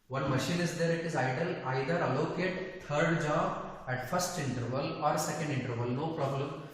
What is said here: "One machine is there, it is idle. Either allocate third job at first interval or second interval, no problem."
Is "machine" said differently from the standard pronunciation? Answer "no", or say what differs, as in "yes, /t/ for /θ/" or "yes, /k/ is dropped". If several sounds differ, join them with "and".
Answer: no